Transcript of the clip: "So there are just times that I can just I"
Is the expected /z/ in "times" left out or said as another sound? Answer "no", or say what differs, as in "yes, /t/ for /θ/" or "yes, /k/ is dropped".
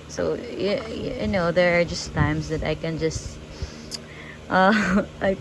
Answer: yes, /s/ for /z/